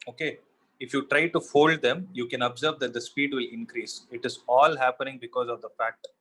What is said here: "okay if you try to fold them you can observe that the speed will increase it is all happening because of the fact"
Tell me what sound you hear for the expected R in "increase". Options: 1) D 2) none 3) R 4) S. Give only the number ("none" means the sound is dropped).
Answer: 3